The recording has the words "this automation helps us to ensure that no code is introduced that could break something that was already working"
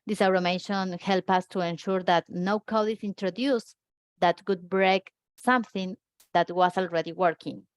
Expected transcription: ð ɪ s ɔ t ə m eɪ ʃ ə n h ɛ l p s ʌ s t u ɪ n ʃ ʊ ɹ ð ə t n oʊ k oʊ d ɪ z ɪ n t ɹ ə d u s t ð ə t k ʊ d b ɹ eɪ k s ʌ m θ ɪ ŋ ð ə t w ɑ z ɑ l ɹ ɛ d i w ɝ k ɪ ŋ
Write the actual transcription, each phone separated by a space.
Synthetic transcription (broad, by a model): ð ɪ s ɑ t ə m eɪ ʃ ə n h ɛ l p ʌ s t u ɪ n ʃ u ɹ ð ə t n oʊ k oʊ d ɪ s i n t ɹ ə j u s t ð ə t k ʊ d b ɹ eɪ k s ʌ m θ ɪ ŋ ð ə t w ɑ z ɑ l ɹ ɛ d i w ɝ k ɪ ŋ